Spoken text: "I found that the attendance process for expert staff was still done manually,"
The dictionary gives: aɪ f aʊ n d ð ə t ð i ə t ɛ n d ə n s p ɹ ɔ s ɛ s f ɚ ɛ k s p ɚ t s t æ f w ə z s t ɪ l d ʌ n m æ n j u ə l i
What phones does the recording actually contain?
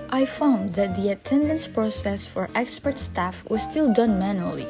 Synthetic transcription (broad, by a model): aɪ f aʊ n d ð ə t ð i ə t ɛ n d ə n s p ɹ ɔ s ɛ s f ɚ ɛ k s p ɚ t s t æ f w ə z s t ɪ l d ʌ n m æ n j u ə l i